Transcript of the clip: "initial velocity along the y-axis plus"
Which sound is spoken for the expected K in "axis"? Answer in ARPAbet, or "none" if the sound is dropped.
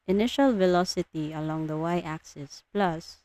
K